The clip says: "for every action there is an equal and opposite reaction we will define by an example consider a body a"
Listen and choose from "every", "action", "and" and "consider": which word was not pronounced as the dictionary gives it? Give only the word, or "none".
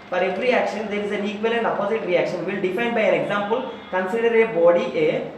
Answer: none